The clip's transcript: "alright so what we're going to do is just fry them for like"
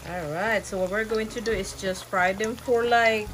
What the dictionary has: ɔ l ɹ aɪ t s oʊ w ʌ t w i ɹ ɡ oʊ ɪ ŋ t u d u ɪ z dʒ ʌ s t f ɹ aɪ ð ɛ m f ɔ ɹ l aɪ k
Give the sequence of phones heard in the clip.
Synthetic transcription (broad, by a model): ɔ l ɹ aɪ t s oʊ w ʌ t w i ɹ ɡ oʊ ɪ ŋ t u d u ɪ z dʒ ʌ s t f ɹ aɪ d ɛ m f ɔ ɹ l aɪ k